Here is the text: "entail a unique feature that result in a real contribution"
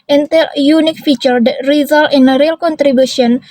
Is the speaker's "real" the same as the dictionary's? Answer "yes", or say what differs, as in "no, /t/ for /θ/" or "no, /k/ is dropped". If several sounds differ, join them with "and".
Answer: yes